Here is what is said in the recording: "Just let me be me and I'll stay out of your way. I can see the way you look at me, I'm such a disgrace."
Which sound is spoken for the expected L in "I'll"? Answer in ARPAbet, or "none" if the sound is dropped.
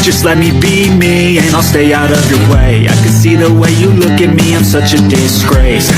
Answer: L